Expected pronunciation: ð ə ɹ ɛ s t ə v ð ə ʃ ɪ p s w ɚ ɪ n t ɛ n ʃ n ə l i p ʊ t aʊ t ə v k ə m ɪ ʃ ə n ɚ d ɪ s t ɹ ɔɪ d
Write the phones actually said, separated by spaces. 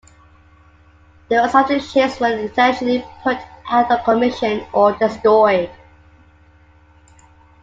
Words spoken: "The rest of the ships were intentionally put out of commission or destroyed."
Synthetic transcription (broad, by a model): ð ə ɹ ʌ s ə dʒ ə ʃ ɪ s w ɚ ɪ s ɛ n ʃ ə l i p ʊ t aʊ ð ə k ə m ɪ ʃ ə n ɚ d ɪ s t ɹ ɔɪ d